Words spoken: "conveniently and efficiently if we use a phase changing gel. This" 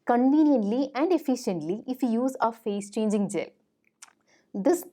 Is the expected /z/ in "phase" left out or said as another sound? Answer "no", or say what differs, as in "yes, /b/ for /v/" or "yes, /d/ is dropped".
yes, /s/ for /z/